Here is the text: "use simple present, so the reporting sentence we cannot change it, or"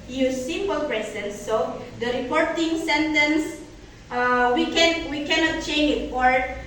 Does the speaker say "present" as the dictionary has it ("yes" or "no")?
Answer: no